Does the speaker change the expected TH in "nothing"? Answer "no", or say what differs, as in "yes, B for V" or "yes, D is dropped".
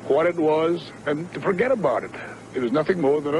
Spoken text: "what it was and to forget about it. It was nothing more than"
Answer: no